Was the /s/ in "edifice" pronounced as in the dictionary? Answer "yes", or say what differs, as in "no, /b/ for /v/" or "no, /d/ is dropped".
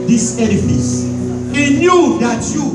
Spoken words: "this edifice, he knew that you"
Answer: yes